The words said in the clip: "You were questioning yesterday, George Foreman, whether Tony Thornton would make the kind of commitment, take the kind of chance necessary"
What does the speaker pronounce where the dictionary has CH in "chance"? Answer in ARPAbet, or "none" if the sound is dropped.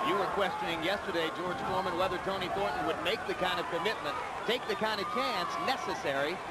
CH